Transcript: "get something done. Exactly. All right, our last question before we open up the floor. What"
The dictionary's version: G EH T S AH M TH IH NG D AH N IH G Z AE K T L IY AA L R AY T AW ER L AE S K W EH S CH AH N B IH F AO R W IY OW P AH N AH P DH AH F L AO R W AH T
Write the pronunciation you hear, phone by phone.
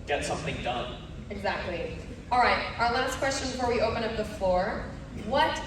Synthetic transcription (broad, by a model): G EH T S AH M TH IH NG D AH N IH G Z AE K T L IY AA L R AY T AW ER L AE S K W EH S CH AH N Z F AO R W IY OW P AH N AH P DH AH F L AO R W AH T